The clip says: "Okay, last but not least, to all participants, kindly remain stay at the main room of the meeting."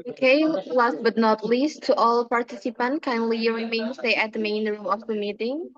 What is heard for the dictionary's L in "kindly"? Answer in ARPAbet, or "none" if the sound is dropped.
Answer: L